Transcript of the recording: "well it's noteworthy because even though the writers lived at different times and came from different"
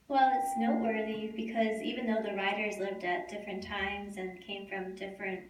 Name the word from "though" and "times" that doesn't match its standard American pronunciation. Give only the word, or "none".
none